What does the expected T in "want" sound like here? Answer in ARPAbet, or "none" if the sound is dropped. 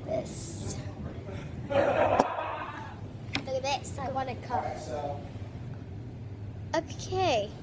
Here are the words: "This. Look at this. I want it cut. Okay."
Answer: none